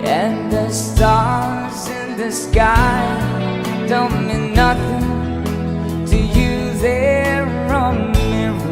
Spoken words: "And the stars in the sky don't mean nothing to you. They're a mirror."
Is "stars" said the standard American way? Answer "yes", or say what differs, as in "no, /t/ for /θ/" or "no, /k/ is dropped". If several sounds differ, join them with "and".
yes